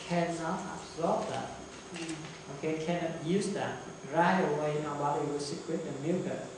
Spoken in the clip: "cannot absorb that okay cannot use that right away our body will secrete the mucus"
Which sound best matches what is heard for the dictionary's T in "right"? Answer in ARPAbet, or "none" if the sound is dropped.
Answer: none